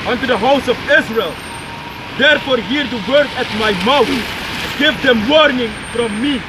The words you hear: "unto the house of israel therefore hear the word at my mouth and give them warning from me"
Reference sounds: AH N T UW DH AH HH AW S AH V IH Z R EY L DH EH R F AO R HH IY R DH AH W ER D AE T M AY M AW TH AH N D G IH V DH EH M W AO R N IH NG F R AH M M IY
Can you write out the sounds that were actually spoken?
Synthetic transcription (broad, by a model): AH N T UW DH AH HH AW S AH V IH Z R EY L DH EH R F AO R HH IY R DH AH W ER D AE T M AY M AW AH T G IH V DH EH M W AO R N IH NG F R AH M M IY